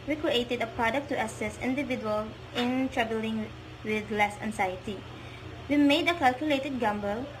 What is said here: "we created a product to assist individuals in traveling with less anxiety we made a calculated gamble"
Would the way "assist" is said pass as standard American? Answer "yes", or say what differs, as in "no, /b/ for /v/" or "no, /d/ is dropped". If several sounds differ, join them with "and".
no, /t/ is dropped